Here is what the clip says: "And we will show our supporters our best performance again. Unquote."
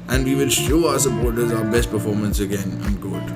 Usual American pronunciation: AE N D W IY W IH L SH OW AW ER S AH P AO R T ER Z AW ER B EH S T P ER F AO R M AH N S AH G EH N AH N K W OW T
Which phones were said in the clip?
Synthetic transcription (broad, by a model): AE N D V IY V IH L SH OW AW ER S AH P AO R T ER Z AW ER B EH S T P ER F AO R M AH N S AH G EH N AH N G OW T